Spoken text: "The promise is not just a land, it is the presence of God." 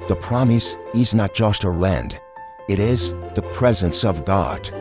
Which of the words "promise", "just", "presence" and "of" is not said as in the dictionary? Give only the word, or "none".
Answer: none